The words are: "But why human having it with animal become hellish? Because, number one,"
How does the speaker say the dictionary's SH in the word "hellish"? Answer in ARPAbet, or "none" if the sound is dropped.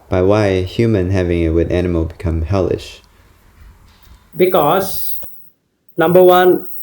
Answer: SH